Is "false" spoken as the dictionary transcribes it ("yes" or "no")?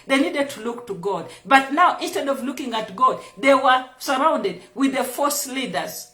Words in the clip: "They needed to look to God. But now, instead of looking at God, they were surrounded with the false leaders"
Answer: no